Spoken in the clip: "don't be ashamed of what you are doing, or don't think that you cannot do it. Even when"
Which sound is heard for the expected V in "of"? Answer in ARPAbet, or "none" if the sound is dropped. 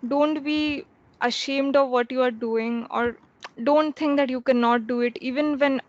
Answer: V